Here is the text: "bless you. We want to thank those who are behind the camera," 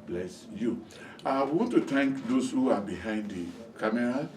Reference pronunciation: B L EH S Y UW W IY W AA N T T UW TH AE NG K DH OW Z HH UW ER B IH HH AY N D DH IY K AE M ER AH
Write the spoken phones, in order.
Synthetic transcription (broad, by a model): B L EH S Y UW W IY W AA N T T UW T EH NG K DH OW S HH UW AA B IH HH AY N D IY K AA M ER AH